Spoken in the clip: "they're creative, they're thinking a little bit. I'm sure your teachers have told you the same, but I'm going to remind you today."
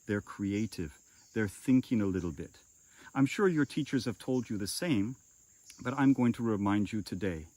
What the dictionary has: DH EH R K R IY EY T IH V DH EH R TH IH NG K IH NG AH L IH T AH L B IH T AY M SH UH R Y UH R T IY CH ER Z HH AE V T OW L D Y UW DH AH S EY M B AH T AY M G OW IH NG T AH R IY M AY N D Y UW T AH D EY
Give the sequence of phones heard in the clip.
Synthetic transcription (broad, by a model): DH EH R K R IY EY T IH V DH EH R TH IH NG K IH NG AH L IH T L B IH T AY M SH UH R Y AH R T IY CH ER Z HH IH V T OW L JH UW DH AH S EY M B AH T AY M G OW IH NG T AH R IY M AY N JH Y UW T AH D EY